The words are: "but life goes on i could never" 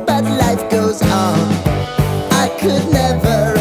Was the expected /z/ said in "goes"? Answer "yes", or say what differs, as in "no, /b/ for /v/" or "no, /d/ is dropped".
yes